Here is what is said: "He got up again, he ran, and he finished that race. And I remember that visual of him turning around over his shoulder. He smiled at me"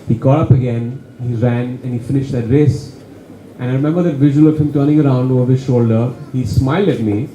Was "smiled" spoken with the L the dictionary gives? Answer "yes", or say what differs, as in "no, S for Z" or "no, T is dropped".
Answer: yes